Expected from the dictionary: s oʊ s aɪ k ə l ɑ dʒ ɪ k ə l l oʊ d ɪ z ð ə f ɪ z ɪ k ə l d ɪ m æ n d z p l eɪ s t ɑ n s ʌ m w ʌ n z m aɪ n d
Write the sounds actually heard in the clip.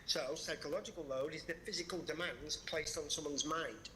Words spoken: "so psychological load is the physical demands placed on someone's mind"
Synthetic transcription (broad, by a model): s oʊ s aɪ k ə l ɑ dʒ ɪ k ə l l oʊ d ɪ z ð ə f ɪ z ɪ k ə l d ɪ m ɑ n d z p l eɪ s t n s ʌ m w ʌ n z m aɪ n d